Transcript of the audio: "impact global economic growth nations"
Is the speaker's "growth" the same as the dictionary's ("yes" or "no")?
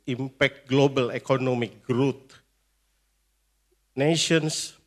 no